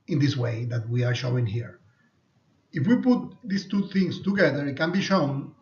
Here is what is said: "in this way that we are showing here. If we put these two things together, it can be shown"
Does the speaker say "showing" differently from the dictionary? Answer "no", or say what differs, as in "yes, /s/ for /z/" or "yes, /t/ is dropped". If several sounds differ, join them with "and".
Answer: no